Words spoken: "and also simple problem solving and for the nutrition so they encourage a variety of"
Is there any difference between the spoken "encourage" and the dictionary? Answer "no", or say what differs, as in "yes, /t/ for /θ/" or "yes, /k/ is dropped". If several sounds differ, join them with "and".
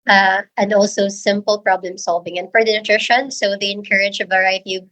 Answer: no